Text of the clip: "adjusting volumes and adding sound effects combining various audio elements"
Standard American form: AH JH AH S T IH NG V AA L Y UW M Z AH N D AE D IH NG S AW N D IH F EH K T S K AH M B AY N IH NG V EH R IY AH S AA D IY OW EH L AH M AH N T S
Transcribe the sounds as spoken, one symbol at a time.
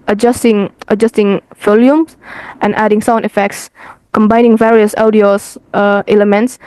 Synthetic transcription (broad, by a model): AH JH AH S T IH NG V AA L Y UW M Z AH N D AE D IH NG S AW N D IH F EH K T S K AH M B AY N IH NG V EH R IY AH S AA D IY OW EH L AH M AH N T S